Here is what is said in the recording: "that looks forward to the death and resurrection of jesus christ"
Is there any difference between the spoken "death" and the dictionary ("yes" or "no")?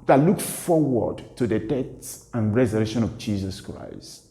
yes